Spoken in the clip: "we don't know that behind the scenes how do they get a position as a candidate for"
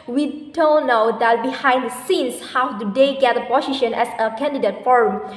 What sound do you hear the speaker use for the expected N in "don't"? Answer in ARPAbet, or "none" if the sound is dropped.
L